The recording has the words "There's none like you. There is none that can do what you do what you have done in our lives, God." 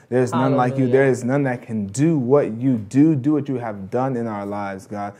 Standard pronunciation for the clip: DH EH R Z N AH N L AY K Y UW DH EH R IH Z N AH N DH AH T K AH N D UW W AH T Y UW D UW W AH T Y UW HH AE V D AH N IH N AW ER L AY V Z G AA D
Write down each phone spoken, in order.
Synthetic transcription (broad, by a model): DH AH R Z N AH N L AY K Y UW DH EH R IH Z N AH N DH AH T K AH N D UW W AH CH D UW D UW W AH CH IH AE V D AH N IH N AW ER L AY V Z G AA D